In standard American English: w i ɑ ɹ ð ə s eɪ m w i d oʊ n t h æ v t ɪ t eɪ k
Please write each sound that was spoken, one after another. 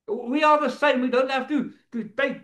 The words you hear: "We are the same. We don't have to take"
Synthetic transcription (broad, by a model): w i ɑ l ð ə s eɪ m w i d oʊ n t h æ f t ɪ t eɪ